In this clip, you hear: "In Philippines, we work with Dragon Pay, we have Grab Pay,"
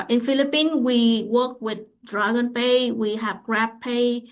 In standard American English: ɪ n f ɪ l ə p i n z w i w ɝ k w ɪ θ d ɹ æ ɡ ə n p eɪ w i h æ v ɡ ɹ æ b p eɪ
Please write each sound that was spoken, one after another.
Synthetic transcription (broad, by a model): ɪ n f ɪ l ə p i n w i w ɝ k w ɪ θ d ɹ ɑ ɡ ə n p eɪ w i h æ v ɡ ɹ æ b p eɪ